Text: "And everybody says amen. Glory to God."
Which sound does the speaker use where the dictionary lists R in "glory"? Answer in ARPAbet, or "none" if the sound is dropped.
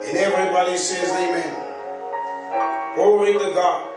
W